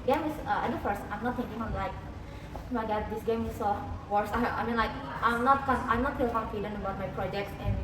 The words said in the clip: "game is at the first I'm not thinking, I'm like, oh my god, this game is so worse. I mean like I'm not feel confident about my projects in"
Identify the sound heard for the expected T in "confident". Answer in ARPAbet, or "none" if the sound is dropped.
none